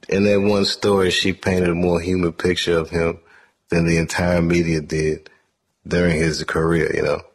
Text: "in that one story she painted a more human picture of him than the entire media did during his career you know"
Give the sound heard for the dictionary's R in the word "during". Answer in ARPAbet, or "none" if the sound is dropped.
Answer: R